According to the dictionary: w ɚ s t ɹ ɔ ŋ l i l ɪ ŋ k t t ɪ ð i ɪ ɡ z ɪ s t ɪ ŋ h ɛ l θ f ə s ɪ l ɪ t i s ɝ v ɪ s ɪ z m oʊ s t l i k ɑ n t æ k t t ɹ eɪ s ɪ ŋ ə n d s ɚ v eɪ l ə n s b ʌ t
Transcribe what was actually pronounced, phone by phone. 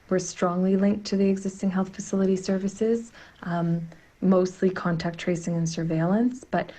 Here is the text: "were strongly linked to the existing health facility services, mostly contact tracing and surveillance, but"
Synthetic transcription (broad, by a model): w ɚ s t ɹ ɔ ŋ l i l ɪ ŋ k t t ɪ ð i ɪ ɡ z ɪ s t ɪ ŋ h ɛ l θ f ə s ɪ l ɪ t i s ɝ v ɪ s ɪ z m oʊ s t l i k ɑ n t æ k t t ɹ eɪ s ɪ ŋ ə n s ɚ v eɪ l ə n s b ʌ t